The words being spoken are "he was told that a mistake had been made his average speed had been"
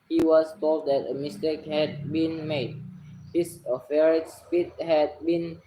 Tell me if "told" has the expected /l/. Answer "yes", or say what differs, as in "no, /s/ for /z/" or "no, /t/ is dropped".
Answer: yes